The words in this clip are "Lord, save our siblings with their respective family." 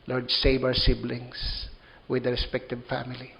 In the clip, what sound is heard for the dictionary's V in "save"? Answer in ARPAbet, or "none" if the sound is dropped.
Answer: B